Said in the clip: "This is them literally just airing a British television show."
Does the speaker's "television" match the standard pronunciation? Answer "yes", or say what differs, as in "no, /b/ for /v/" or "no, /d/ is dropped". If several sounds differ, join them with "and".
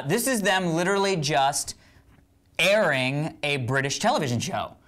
yes